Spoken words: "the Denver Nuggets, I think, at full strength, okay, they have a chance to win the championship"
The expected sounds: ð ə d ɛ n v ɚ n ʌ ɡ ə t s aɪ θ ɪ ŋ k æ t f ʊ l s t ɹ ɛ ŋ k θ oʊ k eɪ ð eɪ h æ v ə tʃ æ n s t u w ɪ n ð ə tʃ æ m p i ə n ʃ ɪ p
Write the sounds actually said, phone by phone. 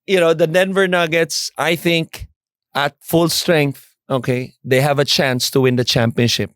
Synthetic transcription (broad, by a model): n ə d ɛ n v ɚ n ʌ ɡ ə t s aɪ θ ɪ ŋ k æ t f ʊ l s t ɹ ɛ ŋ k θ oʊ k eɪ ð eɪ h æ v ə tʃ æ n s t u w ɪ n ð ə tʃ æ m p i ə n ʃ ɪ p